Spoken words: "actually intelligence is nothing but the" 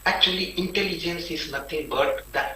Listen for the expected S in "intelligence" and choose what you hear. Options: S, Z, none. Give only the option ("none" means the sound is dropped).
S